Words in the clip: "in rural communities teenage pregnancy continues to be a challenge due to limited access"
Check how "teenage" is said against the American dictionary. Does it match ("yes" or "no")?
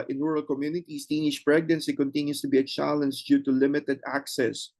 no